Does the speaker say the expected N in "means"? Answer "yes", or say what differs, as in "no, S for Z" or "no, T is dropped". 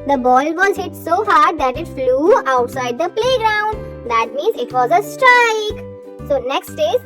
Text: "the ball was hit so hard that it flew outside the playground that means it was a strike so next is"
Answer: yes